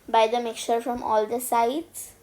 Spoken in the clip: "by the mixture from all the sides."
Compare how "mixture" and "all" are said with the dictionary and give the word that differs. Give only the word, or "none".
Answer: mixture